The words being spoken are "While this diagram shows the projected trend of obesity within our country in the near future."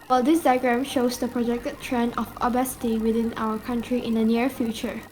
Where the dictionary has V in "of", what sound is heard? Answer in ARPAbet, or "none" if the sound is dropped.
F